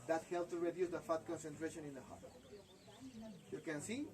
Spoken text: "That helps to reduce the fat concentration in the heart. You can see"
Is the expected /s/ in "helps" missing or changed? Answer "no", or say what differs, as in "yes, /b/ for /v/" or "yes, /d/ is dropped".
yes, /s/ is dropped